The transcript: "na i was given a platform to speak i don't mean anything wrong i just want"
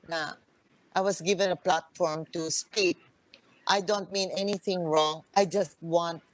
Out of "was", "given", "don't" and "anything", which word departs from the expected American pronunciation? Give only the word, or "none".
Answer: was